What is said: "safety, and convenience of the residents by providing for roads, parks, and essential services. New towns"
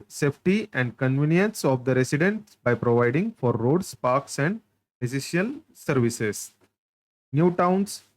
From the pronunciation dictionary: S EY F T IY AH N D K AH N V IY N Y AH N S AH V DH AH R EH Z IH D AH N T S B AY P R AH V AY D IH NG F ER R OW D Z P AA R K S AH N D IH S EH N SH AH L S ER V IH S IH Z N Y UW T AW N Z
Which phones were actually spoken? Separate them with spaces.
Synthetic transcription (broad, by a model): S EY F T IY AH N D K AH N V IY N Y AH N S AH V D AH R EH S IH D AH N T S B AY P R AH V AY D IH NG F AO R OW D S P AA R K S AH N D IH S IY SH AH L S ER V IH S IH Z N Y UW T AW N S